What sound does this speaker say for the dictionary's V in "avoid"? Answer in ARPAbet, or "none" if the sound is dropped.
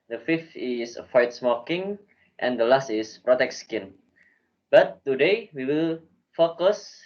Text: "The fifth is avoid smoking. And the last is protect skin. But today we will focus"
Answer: F